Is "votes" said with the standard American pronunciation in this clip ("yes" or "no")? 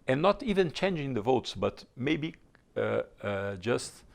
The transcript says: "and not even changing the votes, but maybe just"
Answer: yes